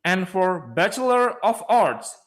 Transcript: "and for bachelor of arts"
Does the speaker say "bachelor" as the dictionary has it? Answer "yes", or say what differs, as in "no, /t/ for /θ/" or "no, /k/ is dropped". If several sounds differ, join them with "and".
yes